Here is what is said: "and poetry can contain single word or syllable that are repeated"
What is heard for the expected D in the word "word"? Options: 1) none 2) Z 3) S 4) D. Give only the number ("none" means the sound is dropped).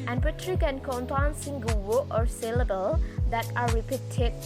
1